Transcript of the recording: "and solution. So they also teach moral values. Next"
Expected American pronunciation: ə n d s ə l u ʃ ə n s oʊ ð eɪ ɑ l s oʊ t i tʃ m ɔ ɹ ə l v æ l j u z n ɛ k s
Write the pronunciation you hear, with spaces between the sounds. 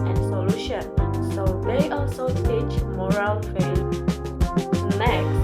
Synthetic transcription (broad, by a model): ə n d s ə l u ʃ ə n s oʊ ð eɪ ɑ l s oʊ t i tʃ m ɔ ɹ ə l f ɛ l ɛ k